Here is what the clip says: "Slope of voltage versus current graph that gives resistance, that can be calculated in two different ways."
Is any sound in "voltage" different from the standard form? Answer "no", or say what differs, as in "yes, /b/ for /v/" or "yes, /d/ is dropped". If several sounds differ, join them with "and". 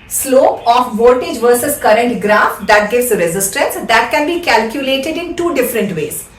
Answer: yes, /l/ is dropped